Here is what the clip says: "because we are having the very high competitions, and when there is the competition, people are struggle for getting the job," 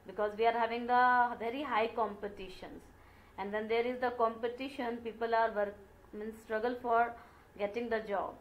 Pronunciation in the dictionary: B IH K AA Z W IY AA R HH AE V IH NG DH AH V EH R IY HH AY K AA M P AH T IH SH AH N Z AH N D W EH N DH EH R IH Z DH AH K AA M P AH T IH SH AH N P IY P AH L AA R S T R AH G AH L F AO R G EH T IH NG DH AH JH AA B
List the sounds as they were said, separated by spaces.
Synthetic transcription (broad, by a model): B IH K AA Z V IY AA R HH AE V IH NG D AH V EH R IY HH AY K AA M P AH T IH SH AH N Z AH N D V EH N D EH R IH Z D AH K AA M P AH T IH SH AH N P IY P AH L AA R S T R AH G AH L F AO R G EH T IH NG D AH JH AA B